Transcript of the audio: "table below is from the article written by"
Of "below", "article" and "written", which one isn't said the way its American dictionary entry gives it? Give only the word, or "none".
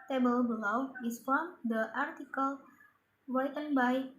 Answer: written